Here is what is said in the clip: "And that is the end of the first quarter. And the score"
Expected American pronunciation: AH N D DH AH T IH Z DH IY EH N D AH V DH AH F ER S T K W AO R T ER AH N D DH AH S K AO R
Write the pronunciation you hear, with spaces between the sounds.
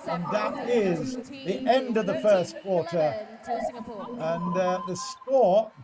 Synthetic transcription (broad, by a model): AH N DH AH T IH Z DH IY EH N D AH V DH AH F ER S K W AO R T ER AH N DH AH S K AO R